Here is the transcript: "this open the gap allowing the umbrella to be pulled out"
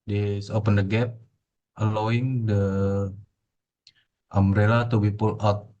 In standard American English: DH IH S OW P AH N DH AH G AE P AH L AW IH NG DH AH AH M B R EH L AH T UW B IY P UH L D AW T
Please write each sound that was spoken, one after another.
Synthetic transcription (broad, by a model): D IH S OW P AH N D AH G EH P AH L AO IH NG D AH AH M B R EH L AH T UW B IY P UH L AW T